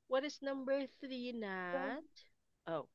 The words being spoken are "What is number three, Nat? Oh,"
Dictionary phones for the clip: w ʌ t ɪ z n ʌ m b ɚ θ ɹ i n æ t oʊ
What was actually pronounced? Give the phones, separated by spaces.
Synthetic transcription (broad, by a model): w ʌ t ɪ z n ʌ m b ɚ θ ɹ i n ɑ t oʊ